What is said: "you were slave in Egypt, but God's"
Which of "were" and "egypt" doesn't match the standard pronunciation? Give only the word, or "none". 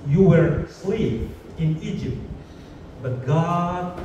none